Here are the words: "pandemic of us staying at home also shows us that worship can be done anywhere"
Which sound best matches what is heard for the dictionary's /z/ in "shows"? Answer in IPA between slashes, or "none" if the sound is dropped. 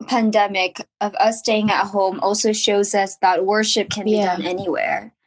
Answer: /z/